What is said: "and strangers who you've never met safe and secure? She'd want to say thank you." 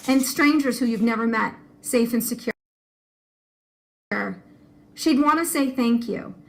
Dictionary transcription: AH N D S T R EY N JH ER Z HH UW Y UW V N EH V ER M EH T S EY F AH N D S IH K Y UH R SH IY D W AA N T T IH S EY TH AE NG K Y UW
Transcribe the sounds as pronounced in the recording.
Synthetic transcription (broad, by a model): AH N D S T R EY N JH ER Z HH UW Y UW V N EH V ER M EH T S EY F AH N S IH K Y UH R SH IY D W AA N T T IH S EY TH AE NG K Y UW